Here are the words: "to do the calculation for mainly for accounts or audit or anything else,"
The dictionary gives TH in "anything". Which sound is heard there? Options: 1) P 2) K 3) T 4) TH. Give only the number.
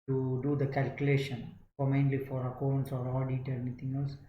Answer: 3